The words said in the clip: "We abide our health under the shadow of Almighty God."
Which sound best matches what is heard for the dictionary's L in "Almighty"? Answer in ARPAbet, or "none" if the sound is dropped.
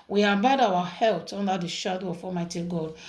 none